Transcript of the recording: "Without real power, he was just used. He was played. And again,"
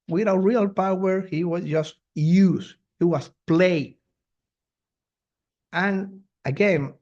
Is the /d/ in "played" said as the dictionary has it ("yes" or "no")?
no